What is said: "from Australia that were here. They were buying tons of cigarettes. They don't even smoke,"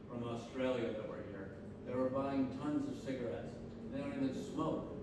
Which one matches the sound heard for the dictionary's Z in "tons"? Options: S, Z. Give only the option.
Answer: Z